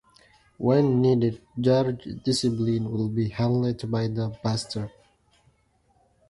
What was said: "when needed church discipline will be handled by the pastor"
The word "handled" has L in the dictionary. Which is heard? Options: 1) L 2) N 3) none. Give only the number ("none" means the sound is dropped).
3